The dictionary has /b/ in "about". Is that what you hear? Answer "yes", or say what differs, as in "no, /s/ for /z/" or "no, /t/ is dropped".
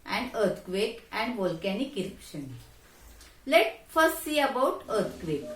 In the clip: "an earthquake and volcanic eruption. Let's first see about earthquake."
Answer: yes